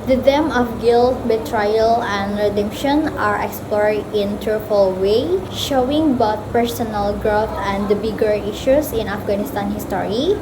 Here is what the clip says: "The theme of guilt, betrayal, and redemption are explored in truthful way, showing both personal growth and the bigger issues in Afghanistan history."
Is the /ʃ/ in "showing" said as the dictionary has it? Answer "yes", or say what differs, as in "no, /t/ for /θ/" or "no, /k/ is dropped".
yes